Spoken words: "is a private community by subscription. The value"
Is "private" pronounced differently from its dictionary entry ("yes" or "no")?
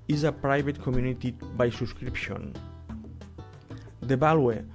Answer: yes